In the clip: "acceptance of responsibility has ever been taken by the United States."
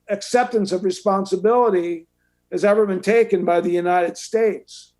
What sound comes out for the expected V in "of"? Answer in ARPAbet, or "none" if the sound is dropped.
V